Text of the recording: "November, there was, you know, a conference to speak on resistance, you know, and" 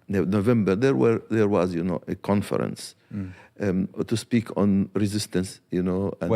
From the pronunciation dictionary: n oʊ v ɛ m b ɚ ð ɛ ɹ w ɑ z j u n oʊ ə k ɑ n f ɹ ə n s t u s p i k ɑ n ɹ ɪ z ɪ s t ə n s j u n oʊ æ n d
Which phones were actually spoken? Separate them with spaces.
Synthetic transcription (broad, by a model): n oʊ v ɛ m b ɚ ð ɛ ɹ w ɑ z j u n oʊ ə k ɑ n f ɹ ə n s t u s p i k ɑ n ɹ ɪ z ɪ s t ə n s j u n oʊ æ